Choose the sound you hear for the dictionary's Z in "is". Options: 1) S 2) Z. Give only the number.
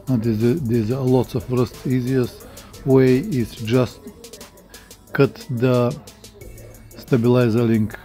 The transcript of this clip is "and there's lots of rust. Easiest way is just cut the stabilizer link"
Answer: 1